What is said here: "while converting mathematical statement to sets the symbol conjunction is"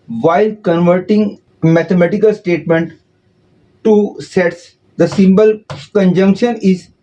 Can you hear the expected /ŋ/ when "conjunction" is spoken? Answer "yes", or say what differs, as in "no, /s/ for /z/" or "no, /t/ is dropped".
yes